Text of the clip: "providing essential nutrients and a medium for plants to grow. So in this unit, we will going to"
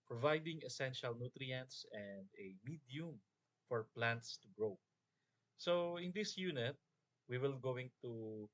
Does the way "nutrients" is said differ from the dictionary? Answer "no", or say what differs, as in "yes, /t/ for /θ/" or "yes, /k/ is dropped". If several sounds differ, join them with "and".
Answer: no